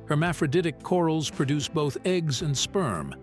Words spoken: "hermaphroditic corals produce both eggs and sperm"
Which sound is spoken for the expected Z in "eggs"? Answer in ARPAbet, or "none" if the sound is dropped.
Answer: Z